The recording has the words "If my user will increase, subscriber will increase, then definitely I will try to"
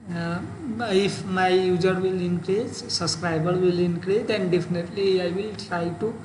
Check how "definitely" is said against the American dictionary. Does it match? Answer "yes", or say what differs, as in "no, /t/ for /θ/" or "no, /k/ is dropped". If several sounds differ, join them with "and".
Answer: yes